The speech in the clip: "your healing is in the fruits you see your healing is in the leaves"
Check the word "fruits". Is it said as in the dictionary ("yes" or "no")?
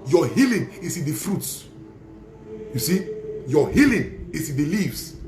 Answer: yes